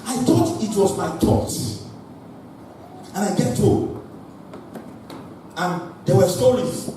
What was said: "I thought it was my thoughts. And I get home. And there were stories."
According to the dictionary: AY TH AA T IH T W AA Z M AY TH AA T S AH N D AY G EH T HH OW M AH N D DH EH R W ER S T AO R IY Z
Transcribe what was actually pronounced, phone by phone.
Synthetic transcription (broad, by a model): AY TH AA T IH T W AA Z M AY T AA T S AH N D AY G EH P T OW AH N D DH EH W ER S T AO R IY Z